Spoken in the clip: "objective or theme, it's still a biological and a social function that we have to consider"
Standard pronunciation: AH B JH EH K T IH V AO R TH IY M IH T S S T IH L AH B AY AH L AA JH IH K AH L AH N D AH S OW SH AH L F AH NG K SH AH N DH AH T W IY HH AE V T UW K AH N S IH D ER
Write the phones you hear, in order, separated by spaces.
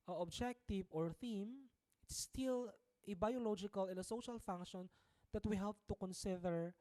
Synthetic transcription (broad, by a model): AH B JH EH K T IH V AO R TH IY M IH T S S T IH L AH B AY AH L AA JH IH K AH L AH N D AH S OW SH AH L F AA NG K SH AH N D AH T W IY HH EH P T UW K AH N S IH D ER